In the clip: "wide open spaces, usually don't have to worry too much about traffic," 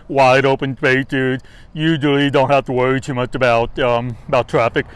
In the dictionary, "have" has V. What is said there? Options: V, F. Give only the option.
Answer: F